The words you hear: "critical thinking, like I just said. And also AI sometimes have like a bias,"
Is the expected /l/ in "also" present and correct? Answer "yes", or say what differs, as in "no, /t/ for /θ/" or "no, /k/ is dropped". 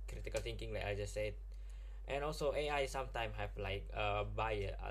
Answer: yes